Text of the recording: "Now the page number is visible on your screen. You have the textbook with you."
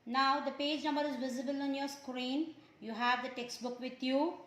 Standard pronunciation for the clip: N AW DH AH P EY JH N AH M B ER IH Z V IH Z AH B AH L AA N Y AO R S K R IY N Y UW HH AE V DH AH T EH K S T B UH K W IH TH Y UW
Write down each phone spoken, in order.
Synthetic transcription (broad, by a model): N AW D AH P EY JH N AH M B ER IH Z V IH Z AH B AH L AA N Y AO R S K R IY N Y UW HH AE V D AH T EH K S T B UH K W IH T Y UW